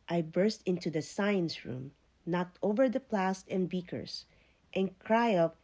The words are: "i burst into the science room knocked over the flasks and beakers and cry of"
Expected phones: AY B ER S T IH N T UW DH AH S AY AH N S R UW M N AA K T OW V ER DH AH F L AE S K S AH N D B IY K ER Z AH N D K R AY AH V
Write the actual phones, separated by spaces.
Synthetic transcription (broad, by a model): AY B ER S T IH N T UW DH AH S AY AH N S R UW M N AA K T OW V ER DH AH P L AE S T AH N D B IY K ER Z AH N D K R AY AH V